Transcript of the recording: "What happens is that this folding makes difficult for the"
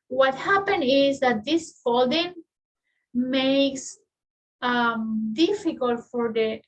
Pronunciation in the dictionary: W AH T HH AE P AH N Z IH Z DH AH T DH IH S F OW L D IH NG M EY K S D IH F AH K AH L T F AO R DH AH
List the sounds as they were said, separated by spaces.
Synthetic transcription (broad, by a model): W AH T HH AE P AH N IH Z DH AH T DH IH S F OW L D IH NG M EY K S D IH F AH K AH L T F AO R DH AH